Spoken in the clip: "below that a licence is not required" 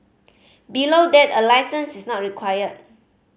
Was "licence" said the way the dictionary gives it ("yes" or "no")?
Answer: yes